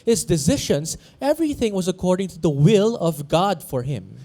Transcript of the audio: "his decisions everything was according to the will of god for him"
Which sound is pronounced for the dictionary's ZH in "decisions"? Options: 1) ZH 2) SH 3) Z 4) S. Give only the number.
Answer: 2